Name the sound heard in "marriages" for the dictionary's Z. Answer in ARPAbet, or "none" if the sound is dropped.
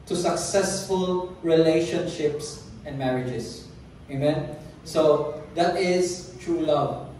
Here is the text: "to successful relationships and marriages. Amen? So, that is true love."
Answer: S